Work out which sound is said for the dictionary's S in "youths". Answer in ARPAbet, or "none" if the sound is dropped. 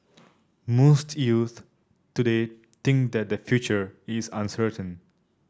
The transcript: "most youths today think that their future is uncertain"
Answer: none